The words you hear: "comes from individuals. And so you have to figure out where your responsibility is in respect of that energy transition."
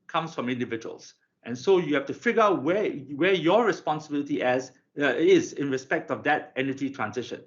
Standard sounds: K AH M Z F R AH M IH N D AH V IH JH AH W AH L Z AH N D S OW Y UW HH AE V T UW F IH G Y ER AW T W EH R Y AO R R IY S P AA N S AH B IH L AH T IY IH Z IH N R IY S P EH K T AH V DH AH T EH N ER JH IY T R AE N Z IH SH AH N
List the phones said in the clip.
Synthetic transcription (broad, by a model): K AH M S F R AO M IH N D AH V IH JH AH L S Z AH N S OW Y UW HH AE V T UW F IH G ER AW T W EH W Y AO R R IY S P AA N S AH B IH L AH T IY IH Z IH N R IY S P EH K T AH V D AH T EH N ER JH IY T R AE N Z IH SH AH N